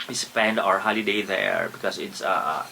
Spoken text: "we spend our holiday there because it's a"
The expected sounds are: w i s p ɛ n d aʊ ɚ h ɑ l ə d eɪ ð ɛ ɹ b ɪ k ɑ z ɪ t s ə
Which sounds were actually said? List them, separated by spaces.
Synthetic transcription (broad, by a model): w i s p ɛ n d aʊ ɚ h ɑ l ə d eɪ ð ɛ ɹ b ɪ k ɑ s ɪ t s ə